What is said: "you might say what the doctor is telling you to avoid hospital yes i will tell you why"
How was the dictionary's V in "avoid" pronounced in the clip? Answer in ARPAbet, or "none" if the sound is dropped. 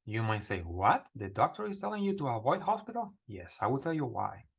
V